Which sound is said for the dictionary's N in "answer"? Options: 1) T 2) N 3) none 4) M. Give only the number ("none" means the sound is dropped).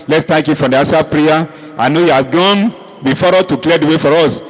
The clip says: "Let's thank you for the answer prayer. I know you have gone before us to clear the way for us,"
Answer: 3